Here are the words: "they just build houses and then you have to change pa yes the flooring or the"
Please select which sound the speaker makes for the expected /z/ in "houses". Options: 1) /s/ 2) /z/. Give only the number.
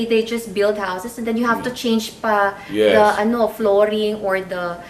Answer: 1